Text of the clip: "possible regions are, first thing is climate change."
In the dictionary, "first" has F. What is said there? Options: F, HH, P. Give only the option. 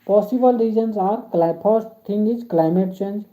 P